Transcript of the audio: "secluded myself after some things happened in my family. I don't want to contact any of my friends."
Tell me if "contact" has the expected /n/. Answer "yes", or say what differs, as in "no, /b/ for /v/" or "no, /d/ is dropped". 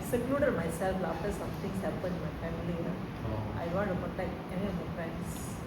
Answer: no, /n/ is dropped